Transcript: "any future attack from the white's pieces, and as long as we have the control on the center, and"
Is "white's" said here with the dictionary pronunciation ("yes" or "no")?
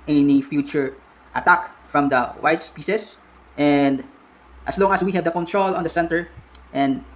yes